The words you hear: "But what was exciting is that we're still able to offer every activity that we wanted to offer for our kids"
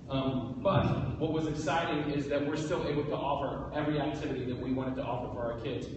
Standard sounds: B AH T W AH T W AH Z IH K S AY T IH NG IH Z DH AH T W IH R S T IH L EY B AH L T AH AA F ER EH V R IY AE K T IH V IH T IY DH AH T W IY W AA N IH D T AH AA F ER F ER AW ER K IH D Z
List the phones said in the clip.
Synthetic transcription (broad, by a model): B AH T W AH T W AH Z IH K S AY T IH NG IH Z DH AH T W IH R S T IH L EY B L T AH AA F ER EH V R IY AE K T IH V IH T IY DH AH T W IY W AA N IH D T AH AA F ER F ER AW ER K IH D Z